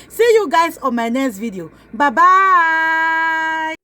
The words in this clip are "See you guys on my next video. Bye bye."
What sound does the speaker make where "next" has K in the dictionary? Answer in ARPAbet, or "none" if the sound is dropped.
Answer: none